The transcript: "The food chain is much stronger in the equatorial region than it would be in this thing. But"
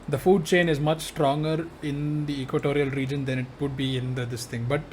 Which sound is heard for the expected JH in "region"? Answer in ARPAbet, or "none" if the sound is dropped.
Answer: JH